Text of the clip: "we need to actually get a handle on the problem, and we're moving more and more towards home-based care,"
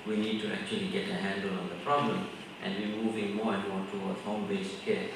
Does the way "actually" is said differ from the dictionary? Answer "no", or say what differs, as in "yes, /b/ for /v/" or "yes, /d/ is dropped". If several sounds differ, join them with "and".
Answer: no